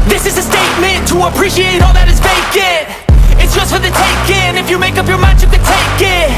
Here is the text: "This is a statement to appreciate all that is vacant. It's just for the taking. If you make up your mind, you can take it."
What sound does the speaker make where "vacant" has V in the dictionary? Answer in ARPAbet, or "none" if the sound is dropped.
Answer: B